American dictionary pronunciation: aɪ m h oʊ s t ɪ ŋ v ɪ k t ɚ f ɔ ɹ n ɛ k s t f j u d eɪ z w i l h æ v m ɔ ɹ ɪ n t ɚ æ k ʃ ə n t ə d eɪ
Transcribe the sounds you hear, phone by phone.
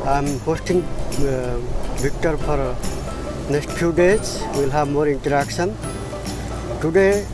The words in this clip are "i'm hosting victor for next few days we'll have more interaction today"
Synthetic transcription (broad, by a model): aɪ m h oʊ s t ɪ ŋ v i k t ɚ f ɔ ɹ n ɛ k s t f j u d eɪ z w i l h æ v m ɔ ɹ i n t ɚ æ k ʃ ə n t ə d eɪ